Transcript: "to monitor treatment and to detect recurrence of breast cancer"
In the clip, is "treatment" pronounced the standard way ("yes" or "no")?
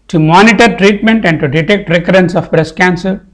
yes